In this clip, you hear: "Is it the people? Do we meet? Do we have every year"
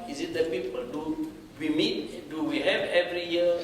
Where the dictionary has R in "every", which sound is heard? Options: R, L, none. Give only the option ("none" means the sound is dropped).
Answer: R